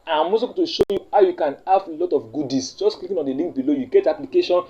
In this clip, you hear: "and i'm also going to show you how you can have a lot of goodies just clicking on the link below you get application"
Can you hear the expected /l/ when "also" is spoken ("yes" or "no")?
no